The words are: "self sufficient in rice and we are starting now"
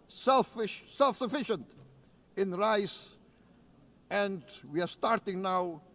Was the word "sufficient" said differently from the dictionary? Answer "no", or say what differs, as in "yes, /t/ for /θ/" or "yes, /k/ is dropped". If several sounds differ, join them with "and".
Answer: no